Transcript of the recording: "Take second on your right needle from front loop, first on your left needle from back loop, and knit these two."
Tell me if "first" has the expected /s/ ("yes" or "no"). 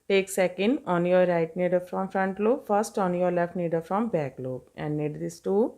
yes